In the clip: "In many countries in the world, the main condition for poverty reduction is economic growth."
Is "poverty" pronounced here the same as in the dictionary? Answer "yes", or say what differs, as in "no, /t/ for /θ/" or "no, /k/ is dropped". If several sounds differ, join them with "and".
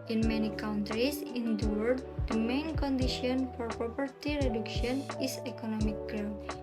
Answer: no, /p/ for /v/